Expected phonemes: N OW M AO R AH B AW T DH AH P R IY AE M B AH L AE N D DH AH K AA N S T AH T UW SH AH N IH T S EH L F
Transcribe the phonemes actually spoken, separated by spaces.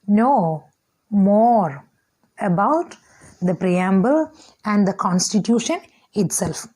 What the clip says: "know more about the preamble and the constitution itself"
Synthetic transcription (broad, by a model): N OW M AO R AH B AW T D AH P R IY AE M B AH L AE N D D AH K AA N S T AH T UW SH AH N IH T S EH L F